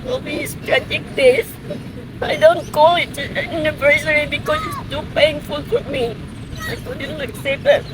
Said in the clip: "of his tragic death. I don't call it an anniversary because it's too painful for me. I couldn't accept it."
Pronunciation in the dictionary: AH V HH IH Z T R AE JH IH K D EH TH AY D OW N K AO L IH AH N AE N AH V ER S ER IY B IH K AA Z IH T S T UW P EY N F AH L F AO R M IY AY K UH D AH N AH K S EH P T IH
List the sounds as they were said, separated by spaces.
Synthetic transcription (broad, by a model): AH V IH S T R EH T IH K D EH S AY D OW N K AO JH IH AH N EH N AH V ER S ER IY B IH K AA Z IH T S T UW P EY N F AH L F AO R M IY AY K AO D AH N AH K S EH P IH